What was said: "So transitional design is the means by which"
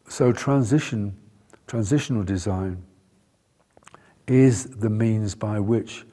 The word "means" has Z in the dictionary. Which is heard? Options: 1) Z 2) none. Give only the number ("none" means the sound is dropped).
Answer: 1